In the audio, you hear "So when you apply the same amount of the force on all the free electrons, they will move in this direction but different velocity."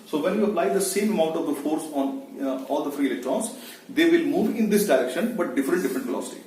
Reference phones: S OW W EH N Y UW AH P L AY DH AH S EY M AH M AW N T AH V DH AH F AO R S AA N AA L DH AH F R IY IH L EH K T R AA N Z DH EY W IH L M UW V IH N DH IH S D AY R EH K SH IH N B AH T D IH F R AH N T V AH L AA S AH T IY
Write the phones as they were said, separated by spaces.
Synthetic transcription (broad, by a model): S OW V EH N Y UW AH P L AY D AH S EY M AH M AW N T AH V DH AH F AO R S AA N AA L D AH F R IY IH L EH K T R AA N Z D EY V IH L M UW V IH N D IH S D AY R EH K SH IH N B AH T D IH F R AH N T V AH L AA S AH T IY